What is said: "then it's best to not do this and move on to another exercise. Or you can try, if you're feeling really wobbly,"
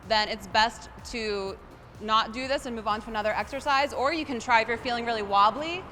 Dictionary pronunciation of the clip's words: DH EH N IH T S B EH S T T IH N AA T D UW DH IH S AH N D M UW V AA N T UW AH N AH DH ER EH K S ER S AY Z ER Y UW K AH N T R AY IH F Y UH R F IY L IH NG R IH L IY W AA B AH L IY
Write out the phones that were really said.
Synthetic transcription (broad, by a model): DH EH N IH T S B EH S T T IH N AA T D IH DH IH S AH N M UW V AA N T UW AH N AH DH ER EH K S ER S AY Z ER Y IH K AH N T R AY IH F Y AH R F IY L IH NG R IH L IY W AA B L IY